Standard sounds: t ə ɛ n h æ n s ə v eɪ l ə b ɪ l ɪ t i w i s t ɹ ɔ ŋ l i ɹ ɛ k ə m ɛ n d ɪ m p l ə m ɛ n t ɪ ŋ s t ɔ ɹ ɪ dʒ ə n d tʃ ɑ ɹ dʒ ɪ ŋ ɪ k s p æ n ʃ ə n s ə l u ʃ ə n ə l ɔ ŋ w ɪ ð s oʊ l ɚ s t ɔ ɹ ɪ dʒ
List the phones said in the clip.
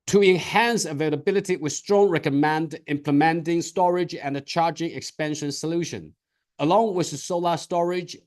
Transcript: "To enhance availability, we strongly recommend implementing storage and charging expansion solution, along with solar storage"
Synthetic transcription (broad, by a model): t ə ɛ n h æ n s ə v eɪ l ə b ɪ l ɪ t i w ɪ s t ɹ ɔ ŋ ɹ ɛ k ə m ɛ n d ɪ m p l ə m ɛ n t ɪ ŋ s t ɔ ɹ ɪ dʒ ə n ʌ tʃ ɑ ɹ dʒ ɪ ŋ ɪ k s p æ n ʃ ə n s ə l u ʃ ə n ə l ɔ ŋ w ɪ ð s oʊ l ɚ s t ɔ ɹ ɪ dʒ